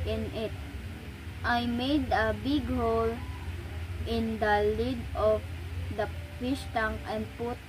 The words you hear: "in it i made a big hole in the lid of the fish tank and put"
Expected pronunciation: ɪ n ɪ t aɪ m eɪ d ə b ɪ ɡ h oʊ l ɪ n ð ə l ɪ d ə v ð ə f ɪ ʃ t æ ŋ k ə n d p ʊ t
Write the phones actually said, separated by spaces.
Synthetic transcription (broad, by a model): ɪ n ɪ t aɪ m eɪ d ə b ɪ ɡ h oʊ l ɪ n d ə l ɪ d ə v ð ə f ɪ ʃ t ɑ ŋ ə n d p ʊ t